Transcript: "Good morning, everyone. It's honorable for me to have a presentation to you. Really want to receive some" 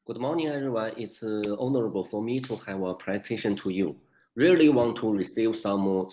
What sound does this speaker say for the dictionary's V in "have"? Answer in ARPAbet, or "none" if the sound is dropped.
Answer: V